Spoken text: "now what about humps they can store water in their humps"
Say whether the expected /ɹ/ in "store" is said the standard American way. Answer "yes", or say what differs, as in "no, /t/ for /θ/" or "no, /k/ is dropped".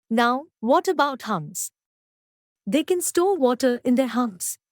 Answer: no, /l/ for /ɹ/